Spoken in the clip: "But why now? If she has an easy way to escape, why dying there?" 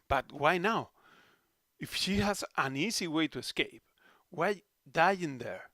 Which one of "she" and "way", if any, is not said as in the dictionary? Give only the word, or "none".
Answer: none